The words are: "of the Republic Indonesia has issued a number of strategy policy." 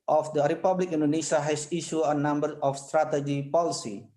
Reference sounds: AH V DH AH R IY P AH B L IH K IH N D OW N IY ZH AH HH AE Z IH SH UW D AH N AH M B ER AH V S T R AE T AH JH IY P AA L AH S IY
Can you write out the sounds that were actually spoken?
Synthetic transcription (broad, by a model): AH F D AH R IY P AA B L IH K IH N D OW N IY SH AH HH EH S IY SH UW AH N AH M B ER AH F S T R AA T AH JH IY P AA L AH S IY